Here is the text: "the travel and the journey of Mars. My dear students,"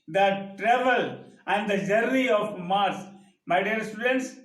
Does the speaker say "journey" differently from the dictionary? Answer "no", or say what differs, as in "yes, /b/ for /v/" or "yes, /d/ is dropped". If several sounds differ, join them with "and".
yes, /n/ is dropped